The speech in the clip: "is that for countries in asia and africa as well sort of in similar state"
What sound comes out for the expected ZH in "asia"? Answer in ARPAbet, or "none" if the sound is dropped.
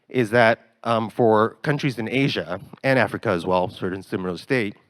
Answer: ZH